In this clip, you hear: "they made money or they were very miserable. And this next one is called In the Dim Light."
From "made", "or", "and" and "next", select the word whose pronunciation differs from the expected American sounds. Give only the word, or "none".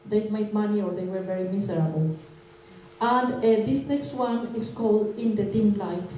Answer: none